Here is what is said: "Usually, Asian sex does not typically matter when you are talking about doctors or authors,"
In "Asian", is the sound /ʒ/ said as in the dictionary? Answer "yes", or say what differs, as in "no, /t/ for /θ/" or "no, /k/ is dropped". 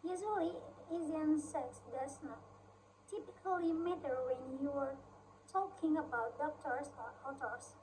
no, /z/ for /ʒ/